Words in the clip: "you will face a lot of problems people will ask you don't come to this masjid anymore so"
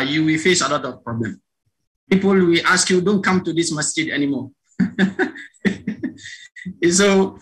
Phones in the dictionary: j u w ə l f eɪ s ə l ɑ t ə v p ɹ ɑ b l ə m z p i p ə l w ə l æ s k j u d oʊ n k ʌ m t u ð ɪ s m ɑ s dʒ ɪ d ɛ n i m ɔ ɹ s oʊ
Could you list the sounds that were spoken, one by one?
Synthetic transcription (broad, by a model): j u w ə l f eɪ s ə l ɑ t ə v p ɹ ɑ b l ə m p i p ə l w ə l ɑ s k j u d oʊ n k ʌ m t u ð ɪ s m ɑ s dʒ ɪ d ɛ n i m ɔ s oʊ